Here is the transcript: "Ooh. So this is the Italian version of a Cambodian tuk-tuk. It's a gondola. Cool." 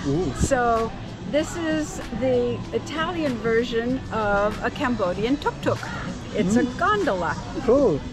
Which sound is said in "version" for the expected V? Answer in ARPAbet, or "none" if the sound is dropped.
V